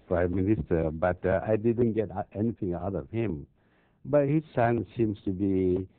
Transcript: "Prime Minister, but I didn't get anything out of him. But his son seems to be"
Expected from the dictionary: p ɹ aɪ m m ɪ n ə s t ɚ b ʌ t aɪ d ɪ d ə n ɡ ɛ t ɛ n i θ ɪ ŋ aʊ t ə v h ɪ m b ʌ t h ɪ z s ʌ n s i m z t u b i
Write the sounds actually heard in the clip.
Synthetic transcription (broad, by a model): p ɹ aɪ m m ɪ n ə s t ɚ b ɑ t aɪ d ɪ d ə n ɡ ɛ t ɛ n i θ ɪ ŋ aʊ t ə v h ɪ m b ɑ t h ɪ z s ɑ n s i m s t u b i